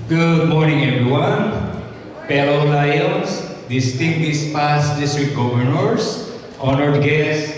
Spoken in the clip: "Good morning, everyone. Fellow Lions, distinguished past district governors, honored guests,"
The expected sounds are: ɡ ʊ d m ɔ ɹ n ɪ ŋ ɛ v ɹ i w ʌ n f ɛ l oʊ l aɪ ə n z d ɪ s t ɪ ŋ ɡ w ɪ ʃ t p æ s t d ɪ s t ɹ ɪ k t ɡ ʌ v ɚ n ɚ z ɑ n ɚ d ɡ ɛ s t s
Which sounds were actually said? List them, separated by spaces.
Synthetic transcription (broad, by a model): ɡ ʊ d m ɔ ɹ n ɪ ŋ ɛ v ɹ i w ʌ n p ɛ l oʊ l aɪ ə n s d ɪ s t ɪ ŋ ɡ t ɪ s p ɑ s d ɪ s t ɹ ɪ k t ɡ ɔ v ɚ n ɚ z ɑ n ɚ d ɡ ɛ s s